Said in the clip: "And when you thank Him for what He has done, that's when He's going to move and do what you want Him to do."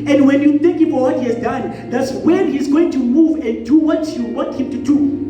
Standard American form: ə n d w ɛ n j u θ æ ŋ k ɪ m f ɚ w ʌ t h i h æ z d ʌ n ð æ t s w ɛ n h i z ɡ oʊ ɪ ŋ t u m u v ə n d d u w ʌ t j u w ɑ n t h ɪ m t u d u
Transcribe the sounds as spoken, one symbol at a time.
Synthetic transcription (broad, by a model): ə n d w ɛ n j u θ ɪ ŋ k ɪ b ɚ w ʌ t h i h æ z d ʌ n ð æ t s w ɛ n h i z ɡ oʊ ɪ ŋ t u m u v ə n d d u w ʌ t j u w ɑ t h ɪ m t u d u